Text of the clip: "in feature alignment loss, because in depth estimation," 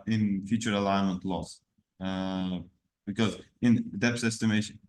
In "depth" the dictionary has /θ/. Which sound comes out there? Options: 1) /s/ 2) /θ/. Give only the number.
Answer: 1